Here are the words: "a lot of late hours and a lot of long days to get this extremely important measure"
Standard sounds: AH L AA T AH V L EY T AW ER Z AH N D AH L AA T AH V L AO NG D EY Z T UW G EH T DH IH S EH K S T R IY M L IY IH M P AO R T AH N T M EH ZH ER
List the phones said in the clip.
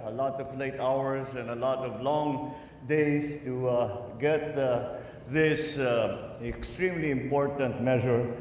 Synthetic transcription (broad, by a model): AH L AA T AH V L EY T AW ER S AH N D AH L AA T AH V L AO NG D EY S T UW G EH T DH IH S EH K S T R IY M L IY IH M P AO R T AH N T M EH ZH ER